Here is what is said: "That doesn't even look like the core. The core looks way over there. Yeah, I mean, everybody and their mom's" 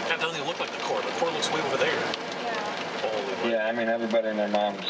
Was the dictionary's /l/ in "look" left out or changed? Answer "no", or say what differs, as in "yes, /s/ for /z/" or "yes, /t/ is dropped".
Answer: no